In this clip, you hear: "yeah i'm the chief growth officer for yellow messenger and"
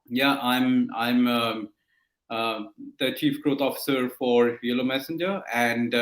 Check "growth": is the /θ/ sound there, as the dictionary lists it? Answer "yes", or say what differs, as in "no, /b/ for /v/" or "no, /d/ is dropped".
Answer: no, /t/ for /θ/